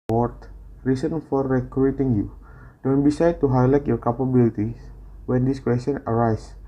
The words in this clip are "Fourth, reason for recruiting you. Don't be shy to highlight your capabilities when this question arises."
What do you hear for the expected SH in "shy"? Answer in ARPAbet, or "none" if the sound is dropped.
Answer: S